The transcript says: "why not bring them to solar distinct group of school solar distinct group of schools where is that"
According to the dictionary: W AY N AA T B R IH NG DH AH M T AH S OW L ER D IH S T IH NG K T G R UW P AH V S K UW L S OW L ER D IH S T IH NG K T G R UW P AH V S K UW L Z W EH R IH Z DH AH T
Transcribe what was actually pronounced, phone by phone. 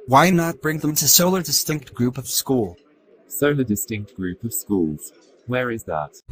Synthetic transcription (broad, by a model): W AY N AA T B R IH NG DH AH M T AH S OW L ER D IH S T IH NG K T G R UW P AH V S K UW L S OW L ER D IH S T IH NG K T G R UW P AH V S K UW L Z W EH R IH Z DH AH T